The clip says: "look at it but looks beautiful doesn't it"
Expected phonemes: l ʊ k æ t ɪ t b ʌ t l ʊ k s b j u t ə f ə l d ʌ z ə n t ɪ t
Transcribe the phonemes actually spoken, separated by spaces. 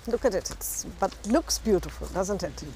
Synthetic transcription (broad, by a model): l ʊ k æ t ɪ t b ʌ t l ʊ k s b j u t ə f ə l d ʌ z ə n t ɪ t